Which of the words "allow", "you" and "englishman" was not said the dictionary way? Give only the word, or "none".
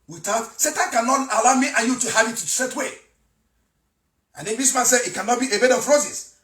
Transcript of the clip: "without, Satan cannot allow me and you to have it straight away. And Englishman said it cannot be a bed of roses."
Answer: englishman